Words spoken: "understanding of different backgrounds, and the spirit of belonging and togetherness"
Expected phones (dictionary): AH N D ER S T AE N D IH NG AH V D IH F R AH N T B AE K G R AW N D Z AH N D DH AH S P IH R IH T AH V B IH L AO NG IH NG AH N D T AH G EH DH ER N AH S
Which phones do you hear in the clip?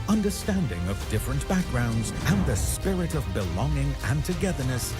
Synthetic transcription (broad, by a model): AH N D ER S T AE N D IH NG AH V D IH F R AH N B AE K G R AW N D Z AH N DH AH S P IH R IH T AH V B IH L AO NG IH NG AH N T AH G EH DH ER N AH S